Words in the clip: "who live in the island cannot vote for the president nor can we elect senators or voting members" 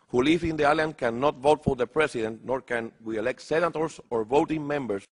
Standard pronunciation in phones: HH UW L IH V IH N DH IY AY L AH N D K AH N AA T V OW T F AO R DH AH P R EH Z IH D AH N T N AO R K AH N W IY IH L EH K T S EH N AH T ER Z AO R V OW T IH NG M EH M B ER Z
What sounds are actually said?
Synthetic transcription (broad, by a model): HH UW L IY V IH N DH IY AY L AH N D K AH N AA T V OW T F AO R DH AH P R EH S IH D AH N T N AO R K AH N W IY IH L EH K T S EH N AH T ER S AO R V OW T IH NG M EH M B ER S